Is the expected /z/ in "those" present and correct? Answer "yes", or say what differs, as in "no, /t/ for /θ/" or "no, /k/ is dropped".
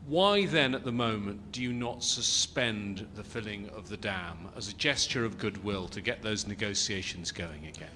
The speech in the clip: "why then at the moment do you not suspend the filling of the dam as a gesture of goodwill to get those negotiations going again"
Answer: yes